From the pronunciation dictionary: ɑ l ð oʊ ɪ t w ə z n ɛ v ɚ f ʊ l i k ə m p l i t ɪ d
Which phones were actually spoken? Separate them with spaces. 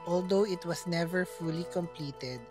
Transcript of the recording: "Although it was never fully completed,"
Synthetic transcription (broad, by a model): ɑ l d oʊ ɪ t w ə s n ɛ v ɚ f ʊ l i k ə m p l i t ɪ d